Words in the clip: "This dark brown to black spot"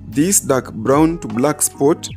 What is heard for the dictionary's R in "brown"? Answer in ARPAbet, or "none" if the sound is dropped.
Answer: R